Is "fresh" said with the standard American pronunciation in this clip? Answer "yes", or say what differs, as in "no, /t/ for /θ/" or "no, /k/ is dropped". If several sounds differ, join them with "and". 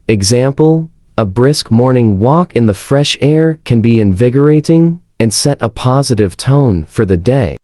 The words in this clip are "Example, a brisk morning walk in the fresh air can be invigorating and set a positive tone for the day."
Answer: yes